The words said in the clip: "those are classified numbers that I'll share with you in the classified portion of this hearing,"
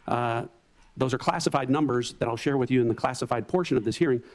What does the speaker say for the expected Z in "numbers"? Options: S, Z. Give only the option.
Z